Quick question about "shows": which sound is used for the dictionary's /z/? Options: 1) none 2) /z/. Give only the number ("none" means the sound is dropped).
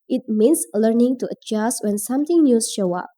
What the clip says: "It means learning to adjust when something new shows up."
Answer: 1